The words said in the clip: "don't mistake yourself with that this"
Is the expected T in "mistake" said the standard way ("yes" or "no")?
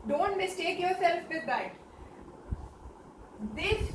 yes